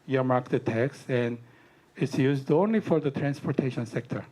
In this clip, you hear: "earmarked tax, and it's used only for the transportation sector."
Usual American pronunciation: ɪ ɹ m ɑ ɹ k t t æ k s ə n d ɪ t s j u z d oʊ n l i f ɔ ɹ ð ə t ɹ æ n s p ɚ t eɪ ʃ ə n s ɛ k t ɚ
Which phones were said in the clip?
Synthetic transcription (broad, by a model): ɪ m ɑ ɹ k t t æ k s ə n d ɪ t s j u z d oʊ n l i f ɔ ɹ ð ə t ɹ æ n s p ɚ t eɪ ʃ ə n s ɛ k t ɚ